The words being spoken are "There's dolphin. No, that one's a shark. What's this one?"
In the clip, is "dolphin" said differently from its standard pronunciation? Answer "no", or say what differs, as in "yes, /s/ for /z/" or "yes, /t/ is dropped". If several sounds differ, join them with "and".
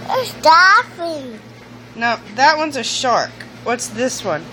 yes, /l/ is dropped